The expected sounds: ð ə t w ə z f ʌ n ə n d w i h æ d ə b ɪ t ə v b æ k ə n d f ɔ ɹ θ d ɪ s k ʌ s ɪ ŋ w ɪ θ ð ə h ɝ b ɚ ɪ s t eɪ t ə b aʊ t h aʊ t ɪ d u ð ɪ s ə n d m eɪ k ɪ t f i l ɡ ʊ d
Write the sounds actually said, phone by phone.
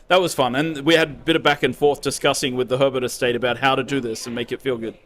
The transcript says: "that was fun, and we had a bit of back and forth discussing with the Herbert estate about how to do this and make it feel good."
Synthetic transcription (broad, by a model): ð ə t w ə z f ʌ n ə n w i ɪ d b ɪ t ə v b æ k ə n f ɔ ɹ θ d ɪ s k ʌ s ɪ ŋ w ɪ ð ə h ɝ b ɚ ɪ s t eɪ t ə b aʊ t h aʊ t ɪ d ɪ ð ɪ s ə n m eɪ k ɪ t f i l ɡ ʊ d